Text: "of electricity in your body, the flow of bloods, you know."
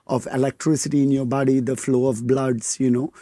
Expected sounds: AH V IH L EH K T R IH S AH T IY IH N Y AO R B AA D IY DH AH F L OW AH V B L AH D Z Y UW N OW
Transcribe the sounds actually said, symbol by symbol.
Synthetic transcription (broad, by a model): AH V IH L EH K T R IH S AH T IY IH N Y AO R B AA D IY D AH F L OW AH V B L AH D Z Y UW N OW